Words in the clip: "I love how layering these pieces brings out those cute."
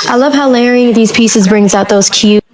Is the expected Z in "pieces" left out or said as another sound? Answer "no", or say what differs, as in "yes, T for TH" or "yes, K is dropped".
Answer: no